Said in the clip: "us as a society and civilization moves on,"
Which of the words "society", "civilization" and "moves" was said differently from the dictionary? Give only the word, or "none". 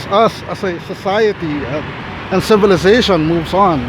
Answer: none